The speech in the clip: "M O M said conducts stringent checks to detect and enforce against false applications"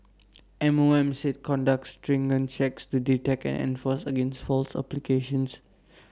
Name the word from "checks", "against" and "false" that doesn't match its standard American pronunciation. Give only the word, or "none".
none